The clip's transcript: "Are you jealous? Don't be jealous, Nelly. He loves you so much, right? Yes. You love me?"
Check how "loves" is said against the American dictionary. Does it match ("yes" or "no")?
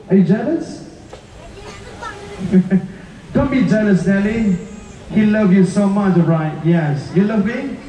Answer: no